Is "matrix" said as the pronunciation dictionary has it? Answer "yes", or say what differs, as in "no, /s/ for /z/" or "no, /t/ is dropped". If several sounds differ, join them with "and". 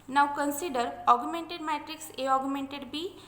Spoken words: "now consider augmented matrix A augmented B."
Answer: yes